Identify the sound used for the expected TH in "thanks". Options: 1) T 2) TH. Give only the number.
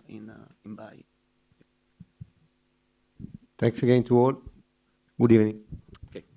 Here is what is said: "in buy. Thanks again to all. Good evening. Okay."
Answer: 1